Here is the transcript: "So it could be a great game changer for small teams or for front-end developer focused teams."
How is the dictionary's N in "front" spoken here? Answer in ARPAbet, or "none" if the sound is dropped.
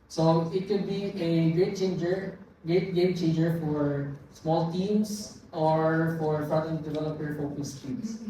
none